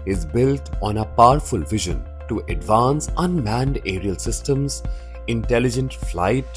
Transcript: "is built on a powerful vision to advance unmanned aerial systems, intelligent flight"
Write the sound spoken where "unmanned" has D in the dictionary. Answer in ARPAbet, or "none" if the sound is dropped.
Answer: D